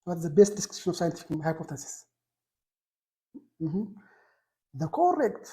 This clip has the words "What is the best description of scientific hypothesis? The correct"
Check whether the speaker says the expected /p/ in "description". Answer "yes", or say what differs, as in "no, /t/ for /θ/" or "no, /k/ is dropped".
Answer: no, /p/ is dropped